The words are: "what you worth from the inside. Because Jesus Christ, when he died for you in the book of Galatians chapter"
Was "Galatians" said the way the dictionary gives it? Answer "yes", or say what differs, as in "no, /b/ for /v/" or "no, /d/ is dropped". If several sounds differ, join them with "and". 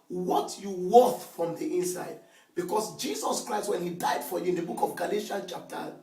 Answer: no, /z/ is dropped